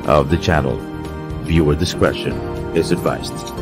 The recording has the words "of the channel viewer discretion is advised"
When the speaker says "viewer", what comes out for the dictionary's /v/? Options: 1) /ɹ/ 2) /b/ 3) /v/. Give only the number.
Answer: 3